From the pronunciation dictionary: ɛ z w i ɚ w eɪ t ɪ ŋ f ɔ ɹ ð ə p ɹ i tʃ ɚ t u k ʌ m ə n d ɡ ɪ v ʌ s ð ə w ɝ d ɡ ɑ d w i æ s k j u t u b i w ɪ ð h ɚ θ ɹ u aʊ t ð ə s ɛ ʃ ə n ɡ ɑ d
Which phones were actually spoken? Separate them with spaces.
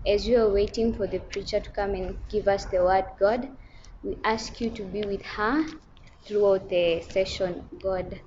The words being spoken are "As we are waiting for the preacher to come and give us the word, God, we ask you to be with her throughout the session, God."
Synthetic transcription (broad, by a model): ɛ z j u ɚ w eɪ t ɪ ŋ f ɔ ɹ ð ə p ɹ i tʃ ɚ t u k ʌ m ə n ɡ ɪ v ʌ s ð ə w ɝ d ɡ ɑ d w i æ s k j u t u b i w ɪ ð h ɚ θ ɹ u aʊ t ð ə s ɛ ʃ ə n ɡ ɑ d